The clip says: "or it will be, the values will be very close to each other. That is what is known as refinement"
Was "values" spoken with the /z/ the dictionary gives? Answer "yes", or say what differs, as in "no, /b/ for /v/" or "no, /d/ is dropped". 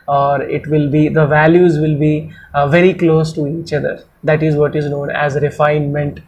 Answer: yes